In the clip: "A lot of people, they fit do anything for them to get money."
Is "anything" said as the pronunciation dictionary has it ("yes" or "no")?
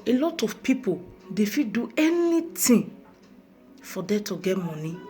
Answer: no